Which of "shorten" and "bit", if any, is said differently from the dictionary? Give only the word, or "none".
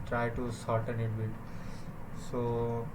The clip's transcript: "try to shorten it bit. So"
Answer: shorten